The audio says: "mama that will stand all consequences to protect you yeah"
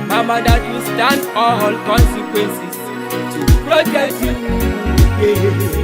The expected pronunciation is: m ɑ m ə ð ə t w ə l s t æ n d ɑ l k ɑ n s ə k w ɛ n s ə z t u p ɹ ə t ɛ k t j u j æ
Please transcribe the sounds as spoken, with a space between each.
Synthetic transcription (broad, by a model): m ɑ m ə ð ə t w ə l s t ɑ n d ɑ l k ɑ n s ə k w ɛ n s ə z t u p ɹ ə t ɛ t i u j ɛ